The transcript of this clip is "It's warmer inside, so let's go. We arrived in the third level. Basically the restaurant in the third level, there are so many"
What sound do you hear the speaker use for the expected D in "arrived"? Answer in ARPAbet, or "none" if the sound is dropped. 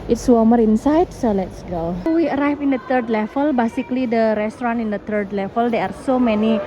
none